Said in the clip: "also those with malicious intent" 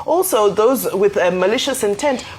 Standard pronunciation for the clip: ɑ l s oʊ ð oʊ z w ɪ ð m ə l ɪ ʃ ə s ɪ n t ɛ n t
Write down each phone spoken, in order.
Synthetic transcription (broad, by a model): ɑ l s oʊ ð oʊ z w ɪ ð m ə l ɪ ʃ ə s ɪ n t ɛ n t